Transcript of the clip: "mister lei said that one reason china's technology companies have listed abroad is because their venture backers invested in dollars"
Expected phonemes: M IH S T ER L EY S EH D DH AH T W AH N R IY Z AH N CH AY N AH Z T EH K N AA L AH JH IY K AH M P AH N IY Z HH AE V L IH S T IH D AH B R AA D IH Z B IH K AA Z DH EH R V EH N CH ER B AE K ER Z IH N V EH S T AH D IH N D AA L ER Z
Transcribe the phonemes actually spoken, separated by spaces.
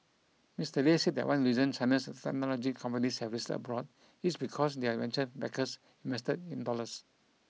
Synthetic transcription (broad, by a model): M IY S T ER L EY S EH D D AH T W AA N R IY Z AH N S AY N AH S T EH K N AA L AH JH IY K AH M P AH N IY S HH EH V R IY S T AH B R AA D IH S B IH K AA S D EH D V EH N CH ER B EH K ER S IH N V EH S T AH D IH N D AA L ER S